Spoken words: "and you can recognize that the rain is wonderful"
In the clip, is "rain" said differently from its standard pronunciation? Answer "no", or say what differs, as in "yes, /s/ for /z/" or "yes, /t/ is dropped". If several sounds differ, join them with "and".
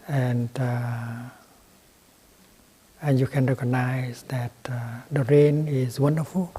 no